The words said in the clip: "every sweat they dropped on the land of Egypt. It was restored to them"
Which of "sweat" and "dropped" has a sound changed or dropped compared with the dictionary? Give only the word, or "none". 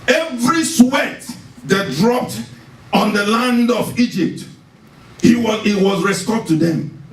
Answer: none